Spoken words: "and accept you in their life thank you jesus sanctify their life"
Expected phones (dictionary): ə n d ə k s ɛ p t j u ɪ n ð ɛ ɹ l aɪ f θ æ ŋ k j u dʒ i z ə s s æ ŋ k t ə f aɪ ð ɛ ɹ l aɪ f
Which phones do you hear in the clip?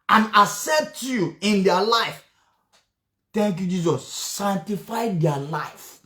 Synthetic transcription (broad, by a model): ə n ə s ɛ t j u ɪ n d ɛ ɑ l aɪ f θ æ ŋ k j u dʒ i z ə s s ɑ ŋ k t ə f aɪ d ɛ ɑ l aɪ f